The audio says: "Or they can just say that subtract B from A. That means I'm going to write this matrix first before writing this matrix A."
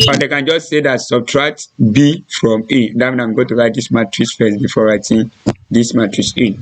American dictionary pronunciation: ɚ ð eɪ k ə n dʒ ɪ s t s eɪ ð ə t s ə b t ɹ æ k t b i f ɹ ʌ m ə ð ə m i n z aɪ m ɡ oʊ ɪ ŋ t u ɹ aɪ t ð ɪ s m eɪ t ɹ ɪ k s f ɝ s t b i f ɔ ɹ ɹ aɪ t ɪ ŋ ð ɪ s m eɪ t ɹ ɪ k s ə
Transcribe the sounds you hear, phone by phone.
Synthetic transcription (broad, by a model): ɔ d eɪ k ə n dʒ ɪ s t s eɪ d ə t s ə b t ɹ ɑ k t b i f ɹ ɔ m ə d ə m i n aɪ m ɡ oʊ t u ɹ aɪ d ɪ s m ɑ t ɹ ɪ s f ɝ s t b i f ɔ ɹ ɹ aɪ t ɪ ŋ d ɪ s m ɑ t ɹ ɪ s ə